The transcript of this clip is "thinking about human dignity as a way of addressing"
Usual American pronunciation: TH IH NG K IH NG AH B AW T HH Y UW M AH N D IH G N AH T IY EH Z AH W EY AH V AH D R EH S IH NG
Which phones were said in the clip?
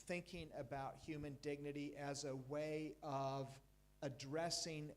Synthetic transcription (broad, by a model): TH IH NG K IH NG AH B AW T HH Y UW M AH N D IH G N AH T IY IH Z AH W EY AH V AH D R EH S IH NG